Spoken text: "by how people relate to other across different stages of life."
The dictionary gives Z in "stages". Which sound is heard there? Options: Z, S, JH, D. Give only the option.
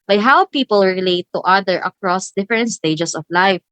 S